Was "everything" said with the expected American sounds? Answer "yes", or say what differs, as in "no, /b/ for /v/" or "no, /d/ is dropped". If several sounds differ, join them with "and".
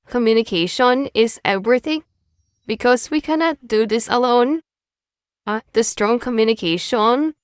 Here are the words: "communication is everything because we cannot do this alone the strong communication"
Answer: yes